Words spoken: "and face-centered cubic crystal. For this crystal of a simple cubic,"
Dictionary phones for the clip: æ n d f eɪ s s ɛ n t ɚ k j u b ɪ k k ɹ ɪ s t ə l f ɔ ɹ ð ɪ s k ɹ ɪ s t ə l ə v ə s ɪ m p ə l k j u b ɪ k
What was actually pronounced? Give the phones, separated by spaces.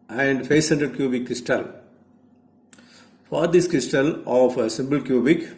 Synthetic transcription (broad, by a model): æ n d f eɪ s s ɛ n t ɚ k j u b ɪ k k ɹ ɪ s t ə l f ɔ ɹ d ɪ s k ɹ ɪ s t ə l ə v ə s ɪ m b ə l k j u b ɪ k